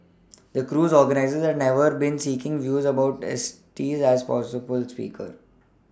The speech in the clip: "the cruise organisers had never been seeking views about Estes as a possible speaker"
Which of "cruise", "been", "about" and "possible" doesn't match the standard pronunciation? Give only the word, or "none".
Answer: none